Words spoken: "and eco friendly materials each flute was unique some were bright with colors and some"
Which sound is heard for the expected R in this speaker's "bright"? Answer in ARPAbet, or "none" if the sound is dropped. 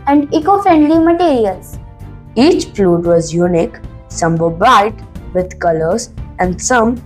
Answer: none